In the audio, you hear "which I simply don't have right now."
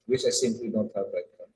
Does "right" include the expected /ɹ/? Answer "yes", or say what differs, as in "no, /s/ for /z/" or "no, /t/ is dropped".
no, /l/ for /ɹ/